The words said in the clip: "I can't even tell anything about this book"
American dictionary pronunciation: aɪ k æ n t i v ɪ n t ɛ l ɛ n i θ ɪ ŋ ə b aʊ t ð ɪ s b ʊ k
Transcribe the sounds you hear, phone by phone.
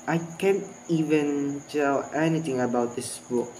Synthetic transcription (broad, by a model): aɪ k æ n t i v ɪ n t ɛ l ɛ n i t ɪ ŋ ə b aʊ t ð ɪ s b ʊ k